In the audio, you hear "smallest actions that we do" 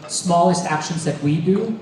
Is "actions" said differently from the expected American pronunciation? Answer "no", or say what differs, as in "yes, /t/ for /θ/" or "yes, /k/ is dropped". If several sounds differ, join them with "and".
no